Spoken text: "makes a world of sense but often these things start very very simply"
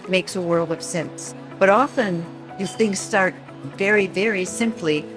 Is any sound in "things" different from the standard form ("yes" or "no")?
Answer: no